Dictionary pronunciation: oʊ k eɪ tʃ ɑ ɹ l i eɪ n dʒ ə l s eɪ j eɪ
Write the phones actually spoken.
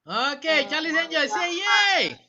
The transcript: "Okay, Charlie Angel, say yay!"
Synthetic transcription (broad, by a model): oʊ k eɪ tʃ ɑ l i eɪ dʒ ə s eɪ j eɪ